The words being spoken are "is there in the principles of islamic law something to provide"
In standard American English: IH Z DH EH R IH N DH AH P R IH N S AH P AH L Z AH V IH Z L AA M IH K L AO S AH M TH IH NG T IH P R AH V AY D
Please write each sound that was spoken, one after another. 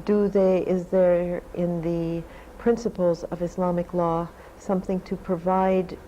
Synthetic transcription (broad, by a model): IH Z DH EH R IH N DH AH P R IH N S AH P L Z AH V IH S L AA M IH K L AO S AH M TH IH NG T IH P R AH V AY D